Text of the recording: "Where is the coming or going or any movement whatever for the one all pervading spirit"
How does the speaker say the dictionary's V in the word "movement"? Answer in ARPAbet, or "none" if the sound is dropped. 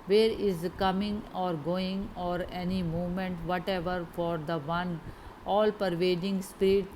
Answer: none